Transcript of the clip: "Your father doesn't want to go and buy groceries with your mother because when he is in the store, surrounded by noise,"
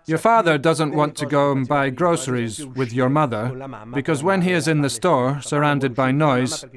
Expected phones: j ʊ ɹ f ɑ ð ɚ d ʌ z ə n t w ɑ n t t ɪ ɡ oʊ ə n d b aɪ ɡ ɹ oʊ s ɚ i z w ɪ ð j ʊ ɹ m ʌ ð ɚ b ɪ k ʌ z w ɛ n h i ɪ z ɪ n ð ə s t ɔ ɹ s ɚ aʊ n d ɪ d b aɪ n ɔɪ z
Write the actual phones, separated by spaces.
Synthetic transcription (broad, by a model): j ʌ ɹ f ɑ ð ɚ d ʌ z ə n t w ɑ n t t ɪ ɡ oʊ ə n b aɪ ɡ ɹ oʊ s ɚ i z w ɪ ð j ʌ ɹ m ʌ ð ɚ b ɪ k ʌ z w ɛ n i ɪ z ɪ n ð ə s t ɔ ɹ s ɚ aʊ n d ɪ d b aɪ n ɔɪ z